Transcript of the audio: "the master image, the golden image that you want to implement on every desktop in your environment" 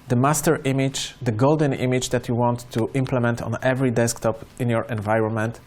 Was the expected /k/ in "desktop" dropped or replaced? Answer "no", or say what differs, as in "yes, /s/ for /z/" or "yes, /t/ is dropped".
no